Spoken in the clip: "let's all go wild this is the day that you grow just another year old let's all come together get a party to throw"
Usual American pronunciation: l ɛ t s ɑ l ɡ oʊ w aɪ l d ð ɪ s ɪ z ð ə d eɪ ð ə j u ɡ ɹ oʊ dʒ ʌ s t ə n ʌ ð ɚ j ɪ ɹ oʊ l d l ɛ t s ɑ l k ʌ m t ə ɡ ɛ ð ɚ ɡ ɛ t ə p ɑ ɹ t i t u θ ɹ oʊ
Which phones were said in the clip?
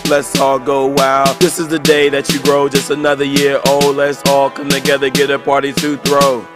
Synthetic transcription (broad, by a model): l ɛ t s ɑ l ɡ oʊ w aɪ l ð ɪ s ɪ z ð ə d eɪ ð ə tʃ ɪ ɡ ɹ oʊ dʒ ʌ s t ə n ʌ ð ɚ j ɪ ɹ oʊ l l ɛ t s ɑ l k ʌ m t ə ɡ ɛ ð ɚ ɡ ɛ t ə p ɑ ɹ t i t u θ ɹ oʊ